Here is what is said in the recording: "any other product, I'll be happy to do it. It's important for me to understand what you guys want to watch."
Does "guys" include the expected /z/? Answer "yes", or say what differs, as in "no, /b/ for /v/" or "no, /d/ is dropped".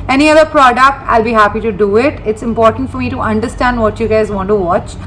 yes